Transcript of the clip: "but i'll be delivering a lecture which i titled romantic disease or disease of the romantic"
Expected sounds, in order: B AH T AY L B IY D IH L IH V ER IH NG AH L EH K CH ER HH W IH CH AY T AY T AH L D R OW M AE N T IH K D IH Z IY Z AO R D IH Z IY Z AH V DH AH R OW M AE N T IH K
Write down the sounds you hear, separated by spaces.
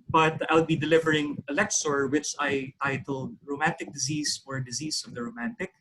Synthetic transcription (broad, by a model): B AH T AY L B IY D IH L IH V ER IH NG AH L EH K S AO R W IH CH AY T AY T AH L D R OW M AE N T IH K D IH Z IY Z AO R D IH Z IY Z AH V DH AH R OW M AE N T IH K